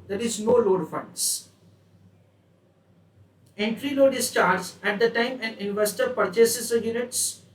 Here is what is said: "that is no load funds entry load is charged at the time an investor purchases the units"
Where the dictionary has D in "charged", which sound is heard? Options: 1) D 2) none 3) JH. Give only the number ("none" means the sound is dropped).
2